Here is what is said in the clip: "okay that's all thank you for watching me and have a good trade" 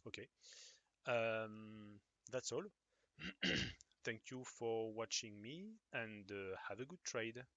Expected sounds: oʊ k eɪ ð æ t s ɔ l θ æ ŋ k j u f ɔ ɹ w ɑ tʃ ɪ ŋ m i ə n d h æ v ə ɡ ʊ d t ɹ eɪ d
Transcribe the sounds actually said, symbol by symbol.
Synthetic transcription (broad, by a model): oʊ k eɪ ð æ t s ɔ l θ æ ŋ k j u f ɔ ɹ w ɑ tʃ ɪ ŋ m i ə n d h æ v ə ɡ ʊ d t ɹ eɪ d